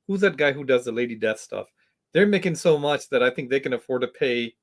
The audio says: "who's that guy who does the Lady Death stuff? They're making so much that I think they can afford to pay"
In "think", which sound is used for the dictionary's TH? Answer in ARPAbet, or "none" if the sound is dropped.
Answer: TH